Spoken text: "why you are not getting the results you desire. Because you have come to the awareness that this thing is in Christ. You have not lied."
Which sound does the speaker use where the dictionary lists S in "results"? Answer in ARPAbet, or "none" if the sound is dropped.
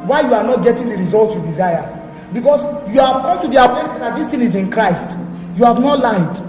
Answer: none